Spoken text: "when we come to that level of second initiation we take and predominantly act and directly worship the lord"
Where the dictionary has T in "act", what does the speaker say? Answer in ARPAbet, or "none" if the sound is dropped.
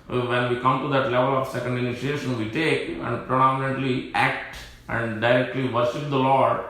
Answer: T